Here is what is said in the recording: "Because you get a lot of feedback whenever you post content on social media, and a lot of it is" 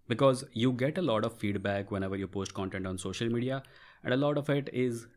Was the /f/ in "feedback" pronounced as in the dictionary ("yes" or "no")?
yes